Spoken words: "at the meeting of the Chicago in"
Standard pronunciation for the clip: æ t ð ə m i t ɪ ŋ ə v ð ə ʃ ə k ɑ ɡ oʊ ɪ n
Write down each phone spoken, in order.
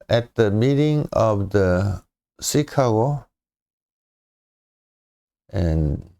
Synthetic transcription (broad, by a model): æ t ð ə m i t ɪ ŋ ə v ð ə s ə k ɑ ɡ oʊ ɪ n